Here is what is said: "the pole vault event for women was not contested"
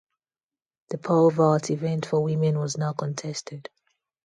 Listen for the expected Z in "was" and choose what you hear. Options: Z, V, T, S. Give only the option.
Z